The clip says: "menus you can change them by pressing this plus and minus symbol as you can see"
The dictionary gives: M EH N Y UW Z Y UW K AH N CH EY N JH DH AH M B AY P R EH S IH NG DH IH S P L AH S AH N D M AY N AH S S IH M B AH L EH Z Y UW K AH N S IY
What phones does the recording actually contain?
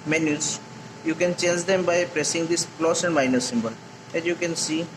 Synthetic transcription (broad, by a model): M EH N Y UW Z Y UW K AH N CH EY N JH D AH M B AY P R EH S IH NG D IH S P L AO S AH N D M AY N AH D S IH M B AH L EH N Y UW K AH N S IY